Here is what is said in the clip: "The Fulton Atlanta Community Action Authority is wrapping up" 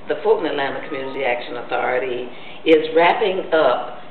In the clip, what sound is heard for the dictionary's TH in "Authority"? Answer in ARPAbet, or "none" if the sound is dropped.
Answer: TH